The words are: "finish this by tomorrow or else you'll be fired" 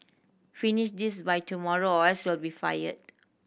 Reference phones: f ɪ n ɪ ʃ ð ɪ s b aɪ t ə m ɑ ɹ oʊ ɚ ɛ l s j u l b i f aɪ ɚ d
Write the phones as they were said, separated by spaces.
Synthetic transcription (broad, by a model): f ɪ n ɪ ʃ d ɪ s b aɪ t ə m ɑ ɹ oʊ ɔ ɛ s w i l b i f aɪ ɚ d